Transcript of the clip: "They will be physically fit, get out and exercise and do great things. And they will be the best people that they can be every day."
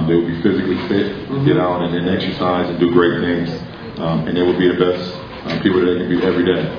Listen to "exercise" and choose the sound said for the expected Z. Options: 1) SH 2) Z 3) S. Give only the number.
2